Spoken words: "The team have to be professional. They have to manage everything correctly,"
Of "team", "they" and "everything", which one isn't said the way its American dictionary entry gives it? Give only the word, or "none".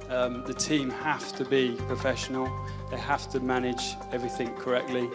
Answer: none